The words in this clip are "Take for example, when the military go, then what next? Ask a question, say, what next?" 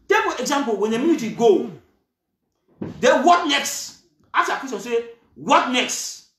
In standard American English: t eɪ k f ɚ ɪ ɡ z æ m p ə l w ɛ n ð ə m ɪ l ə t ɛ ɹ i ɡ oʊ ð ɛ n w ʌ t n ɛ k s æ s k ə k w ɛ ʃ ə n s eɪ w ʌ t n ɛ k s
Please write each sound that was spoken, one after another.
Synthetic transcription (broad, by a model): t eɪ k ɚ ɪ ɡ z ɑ m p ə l w ɛ n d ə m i n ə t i ɡ oʊ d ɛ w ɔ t n ɛ k s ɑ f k ə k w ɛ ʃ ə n s eɪ w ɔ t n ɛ k s